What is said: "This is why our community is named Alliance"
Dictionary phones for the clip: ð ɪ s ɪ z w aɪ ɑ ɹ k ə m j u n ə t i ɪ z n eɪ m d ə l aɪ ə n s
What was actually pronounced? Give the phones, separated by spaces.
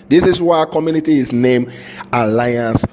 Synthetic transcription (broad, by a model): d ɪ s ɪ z w aɪ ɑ k ə m j u n ə t i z n eɪ m ə l aɪ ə n s